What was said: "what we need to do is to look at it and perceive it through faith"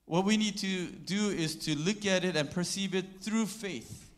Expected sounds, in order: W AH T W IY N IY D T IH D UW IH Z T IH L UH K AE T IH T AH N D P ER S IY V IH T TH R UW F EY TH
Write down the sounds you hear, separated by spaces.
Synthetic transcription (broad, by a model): W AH T W IY N IY D T IH D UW IH Z T IH L UH K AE T IH T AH N P ER S IY V IH T TH R UW F EY TH